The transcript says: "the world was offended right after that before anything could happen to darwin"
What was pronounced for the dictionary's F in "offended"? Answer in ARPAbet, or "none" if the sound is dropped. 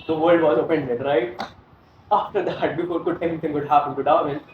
P